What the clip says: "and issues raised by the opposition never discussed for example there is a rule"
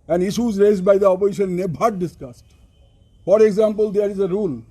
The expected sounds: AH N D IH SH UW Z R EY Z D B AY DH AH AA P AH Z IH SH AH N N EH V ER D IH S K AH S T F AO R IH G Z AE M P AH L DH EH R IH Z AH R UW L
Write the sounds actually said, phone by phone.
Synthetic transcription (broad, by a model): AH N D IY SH UW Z R EY Z D B AY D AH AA P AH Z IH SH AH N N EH B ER D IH S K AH S T F AO R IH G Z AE M P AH L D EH R IH Z AH R UW L